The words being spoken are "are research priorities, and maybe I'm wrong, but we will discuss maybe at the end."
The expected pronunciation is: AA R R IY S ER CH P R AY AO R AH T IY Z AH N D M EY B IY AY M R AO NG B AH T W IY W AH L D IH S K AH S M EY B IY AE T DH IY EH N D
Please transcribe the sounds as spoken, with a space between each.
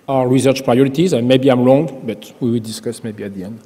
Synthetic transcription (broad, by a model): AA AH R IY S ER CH P R AY AO R AH T IY Z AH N M EY B IY AY M L AO NG B AH T W IY W AH L D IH S K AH S M EY B IY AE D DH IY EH N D